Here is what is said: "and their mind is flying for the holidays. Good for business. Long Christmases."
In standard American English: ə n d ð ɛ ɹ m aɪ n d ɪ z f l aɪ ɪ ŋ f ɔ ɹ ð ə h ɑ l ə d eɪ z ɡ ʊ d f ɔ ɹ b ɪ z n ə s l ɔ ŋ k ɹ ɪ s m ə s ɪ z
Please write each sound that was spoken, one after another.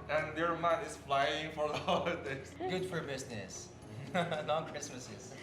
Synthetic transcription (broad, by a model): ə n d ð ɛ ɹ m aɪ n ɪ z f l aɪ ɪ ŋ f ɔ ɹ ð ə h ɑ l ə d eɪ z ɡ ʊ d f ɔ ɹ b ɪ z n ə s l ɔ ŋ k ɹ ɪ s m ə s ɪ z